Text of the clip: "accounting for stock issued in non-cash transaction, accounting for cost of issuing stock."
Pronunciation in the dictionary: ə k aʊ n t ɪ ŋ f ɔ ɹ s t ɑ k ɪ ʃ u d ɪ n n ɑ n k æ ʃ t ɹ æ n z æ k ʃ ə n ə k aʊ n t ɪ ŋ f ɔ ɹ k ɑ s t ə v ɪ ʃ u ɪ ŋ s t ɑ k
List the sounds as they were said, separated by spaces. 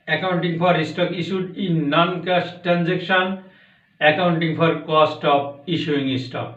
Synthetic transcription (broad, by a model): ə k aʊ n t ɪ ŋ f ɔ ɹ s t ɑ k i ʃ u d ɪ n n ɑ n k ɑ s t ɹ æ n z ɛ k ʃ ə n ə k aʊ n t ɪ ŋ p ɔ ɹ k ɑ s t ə p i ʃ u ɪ ŋ s t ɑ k